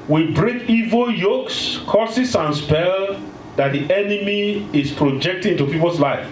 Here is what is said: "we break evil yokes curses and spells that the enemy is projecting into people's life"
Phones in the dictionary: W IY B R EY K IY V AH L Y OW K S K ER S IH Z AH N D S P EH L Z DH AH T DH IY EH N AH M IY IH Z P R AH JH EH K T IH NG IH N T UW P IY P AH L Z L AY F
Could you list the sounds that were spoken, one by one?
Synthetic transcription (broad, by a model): W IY B R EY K IY V AH L Y OW K S K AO S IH S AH N S P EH L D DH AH T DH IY EH N AH M IY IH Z P R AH JH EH K T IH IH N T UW P IY P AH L S L AY F